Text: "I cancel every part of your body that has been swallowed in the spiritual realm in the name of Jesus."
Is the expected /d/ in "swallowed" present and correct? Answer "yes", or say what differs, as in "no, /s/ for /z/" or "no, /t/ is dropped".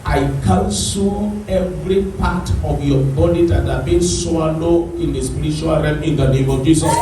no, /d/ is dropped